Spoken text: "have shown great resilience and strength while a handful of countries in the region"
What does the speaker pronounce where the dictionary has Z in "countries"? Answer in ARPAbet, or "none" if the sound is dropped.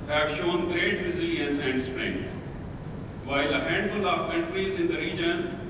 Z